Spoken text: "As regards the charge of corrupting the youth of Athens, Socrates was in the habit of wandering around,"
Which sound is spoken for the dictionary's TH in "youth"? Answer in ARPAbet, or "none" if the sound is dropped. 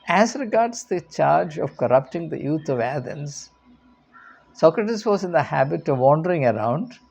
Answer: T